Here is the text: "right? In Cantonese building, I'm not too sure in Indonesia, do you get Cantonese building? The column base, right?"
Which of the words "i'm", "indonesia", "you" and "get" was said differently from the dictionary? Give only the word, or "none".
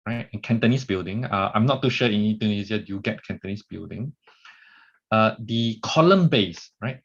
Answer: indonesia